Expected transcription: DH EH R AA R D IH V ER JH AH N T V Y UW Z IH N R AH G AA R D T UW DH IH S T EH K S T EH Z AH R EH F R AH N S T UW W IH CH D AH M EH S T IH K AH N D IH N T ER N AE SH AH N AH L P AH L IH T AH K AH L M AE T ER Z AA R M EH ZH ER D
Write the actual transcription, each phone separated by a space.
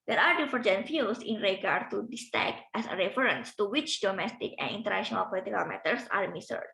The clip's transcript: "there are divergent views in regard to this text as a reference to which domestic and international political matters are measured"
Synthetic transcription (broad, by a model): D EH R AA R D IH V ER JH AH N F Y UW S IH N R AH G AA R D T UW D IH S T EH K T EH S AH R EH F R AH N S T UW W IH CH D AH M EH S T IH K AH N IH N T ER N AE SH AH N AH L P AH L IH T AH K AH L M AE T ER S AA R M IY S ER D